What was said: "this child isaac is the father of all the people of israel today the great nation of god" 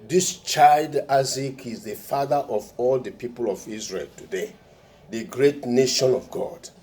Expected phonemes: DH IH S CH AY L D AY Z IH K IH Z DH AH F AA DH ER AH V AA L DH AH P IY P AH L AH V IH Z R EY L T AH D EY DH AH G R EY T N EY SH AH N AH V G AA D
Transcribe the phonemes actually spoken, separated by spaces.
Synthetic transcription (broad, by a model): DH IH S CH AY L D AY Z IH K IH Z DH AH F AA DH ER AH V AA L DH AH P IY P AH L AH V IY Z R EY L T AH D EY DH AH G R EY T N EY SH AH N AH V G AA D